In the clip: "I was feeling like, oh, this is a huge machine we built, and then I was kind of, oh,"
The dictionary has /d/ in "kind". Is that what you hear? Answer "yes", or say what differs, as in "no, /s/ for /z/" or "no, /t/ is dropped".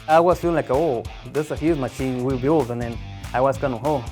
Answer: no, /d/ is dropped